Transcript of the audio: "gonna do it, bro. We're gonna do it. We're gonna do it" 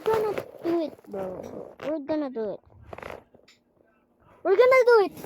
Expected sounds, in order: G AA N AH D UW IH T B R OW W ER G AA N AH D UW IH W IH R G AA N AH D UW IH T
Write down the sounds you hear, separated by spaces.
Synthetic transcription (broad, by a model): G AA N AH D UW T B OW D G AA N AH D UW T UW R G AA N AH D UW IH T